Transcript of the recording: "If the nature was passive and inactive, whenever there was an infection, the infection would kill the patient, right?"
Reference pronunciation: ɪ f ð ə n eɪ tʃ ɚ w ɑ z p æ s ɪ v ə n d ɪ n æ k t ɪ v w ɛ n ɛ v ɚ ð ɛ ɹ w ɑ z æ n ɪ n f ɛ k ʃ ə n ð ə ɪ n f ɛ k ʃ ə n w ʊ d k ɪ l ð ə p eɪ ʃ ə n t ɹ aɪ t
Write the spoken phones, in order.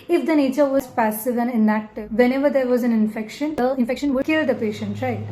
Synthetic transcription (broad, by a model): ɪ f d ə n eɪ tʃ ɚ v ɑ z p æ s ɪ v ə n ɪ n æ t v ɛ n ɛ v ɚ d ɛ ɹ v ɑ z æ n ɪ n f ɛ k ʃ ə n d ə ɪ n f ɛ k ʃ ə n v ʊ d k ɪ l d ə p eɪ ʃ ə n t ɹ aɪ